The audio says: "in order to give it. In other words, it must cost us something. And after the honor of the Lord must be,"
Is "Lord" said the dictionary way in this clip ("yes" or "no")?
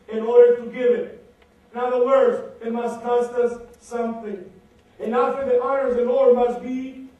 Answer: no